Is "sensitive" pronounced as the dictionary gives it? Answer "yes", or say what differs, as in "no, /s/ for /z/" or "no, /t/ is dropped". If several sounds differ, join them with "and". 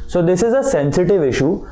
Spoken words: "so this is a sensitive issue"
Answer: yes